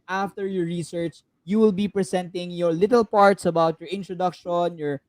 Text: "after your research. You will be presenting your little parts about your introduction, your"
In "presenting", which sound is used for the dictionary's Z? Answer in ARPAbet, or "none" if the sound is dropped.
S